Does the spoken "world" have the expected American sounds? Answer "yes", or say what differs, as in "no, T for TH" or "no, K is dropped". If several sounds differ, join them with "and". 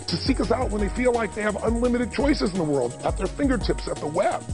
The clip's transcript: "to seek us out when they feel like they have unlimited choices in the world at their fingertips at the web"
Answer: yes